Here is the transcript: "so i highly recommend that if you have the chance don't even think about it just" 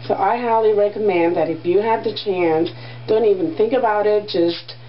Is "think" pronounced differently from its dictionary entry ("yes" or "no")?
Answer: no